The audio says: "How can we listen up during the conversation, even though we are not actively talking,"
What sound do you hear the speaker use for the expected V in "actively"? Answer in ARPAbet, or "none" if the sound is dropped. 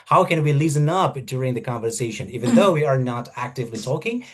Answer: V